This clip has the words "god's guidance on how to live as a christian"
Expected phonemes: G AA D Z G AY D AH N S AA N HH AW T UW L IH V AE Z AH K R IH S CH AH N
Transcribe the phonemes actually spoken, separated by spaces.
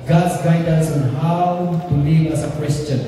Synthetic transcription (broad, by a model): G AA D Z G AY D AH S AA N HH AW T UW L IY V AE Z AH K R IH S CH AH N